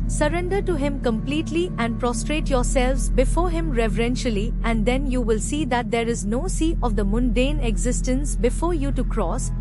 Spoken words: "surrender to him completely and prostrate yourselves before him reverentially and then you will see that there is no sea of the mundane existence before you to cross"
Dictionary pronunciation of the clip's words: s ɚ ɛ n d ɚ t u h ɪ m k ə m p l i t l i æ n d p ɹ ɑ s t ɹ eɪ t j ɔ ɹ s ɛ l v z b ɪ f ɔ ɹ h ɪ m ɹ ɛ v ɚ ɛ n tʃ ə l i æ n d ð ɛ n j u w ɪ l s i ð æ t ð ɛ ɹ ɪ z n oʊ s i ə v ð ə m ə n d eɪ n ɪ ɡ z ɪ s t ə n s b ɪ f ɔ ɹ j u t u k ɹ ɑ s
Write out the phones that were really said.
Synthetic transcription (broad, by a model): s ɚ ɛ n d ɚ t u h ɪ m k ə m p l i t l i æ n d p ɹ ɑ s t ɹ eɪ t j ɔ ɹ s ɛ l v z b ɪ f ɔ ɹ h ɪ m ɹ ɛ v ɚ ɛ n ʃ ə l i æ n d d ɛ n j u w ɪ l s i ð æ t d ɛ ɹ ɪ z n oʊ s i ə v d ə m ə n d eɪ n ɪ ɡ z ɪ s t ə n s b ɪ f ɔ ɹ j u t u k ɹ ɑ s